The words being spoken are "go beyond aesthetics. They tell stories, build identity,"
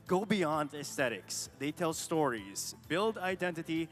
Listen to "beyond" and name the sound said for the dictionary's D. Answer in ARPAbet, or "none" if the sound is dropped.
D